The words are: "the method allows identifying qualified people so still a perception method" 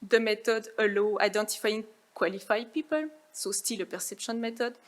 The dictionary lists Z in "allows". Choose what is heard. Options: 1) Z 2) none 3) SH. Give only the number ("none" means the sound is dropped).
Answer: 2